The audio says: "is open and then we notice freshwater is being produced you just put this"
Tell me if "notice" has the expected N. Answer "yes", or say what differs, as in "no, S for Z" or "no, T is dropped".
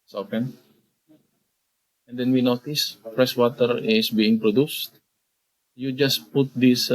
yes